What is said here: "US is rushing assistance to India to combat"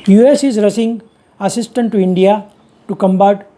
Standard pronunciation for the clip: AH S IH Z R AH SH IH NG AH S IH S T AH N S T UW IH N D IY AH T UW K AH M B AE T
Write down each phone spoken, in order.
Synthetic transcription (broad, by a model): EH S IH Z R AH S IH NG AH S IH S T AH N T UW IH N D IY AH T UW K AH M B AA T